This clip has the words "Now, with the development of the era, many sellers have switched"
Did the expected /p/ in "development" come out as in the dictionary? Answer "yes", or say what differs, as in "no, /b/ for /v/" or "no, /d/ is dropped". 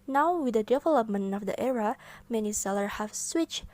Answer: yes